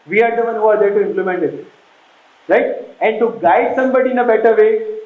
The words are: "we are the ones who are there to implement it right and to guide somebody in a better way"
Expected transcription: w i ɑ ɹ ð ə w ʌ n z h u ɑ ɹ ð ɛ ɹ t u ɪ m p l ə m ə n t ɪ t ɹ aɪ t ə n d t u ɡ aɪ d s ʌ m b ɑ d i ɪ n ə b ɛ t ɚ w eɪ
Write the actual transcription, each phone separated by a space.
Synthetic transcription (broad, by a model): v i ɑ ɹ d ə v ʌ n h u ɑ ɹ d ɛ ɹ t u ɪ m p l ə m ə n t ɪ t ɹ aɪ t ə n d t u ɡ aɪ d s ʌ m b ɑ d i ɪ n ə b ɛ t ɚ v eɪ